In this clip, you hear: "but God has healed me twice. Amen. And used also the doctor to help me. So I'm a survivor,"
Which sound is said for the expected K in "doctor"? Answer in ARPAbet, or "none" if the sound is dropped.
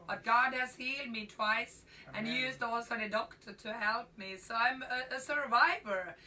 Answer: K